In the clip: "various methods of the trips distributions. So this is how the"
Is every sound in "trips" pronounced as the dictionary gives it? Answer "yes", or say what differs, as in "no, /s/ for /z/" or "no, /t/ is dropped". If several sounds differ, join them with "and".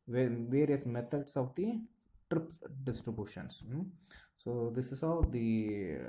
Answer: no, /s/ is dropped